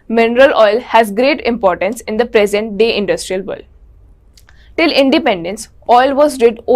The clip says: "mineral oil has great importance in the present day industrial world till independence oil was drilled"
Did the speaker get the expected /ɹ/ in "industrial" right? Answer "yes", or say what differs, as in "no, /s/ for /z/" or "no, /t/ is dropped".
yes